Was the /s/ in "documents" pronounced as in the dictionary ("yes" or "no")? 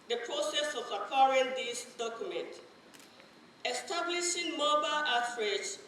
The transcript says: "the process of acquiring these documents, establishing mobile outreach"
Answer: no